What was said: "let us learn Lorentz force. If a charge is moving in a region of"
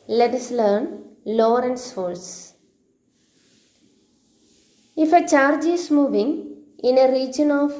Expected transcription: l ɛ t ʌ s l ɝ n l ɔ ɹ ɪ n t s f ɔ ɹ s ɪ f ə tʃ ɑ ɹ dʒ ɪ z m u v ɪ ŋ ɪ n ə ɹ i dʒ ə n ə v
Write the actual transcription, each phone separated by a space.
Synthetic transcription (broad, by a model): l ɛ t ʌ s l ɝ n l ɔ ɹ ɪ n s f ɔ l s ɪ f ə tʃ ɑ ɹ dʒ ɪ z m u v ɪ ŋ ɪ n ə ɹ i dʒ ə n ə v